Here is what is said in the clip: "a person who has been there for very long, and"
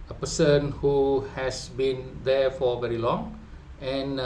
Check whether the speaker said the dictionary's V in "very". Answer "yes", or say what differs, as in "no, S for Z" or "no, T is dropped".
yes